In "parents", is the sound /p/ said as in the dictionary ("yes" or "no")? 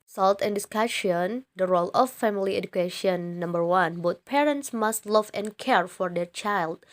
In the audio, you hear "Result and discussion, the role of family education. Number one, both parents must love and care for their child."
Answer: yes